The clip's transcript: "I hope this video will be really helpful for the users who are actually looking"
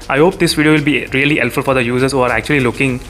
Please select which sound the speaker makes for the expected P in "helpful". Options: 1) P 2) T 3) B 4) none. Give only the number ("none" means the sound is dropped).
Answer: 4